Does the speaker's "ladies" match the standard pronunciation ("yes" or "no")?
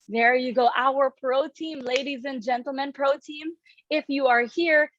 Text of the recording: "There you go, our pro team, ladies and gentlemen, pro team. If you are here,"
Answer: yes